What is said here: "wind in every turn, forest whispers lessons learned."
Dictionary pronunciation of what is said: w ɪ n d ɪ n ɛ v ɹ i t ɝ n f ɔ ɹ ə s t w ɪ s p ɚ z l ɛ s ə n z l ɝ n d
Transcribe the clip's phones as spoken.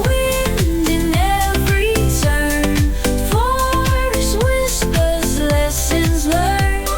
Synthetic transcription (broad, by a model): w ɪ n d ɪ n ɛ v ɹ i s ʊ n f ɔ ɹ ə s w ɪ s p ɚ z l ɛ s ə n z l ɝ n